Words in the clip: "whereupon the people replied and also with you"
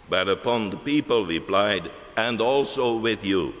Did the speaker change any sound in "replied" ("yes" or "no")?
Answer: no